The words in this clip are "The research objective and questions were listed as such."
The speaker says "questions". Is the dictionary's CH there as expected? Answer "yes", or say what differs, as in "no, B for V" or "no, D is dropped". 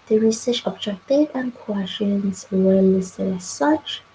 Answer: no, SH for CH